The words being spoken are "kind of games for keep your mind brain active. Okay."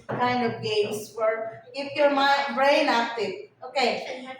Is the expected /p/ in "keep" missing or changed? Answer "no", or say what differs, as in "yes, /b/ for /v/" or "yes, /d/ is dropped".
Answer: yes, /f/ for /p/